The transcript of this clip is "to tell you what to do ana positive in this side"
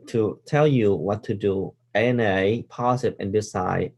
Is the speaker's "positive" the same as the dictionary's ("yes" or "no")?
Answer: no